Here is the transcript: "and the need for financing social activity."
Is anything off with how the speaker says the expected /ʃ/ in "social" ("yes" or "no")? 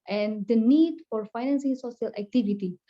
yes